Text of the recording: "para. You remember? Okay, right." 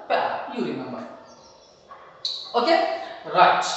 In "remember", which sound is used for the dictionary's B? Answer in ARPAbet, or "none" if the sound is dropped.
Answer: none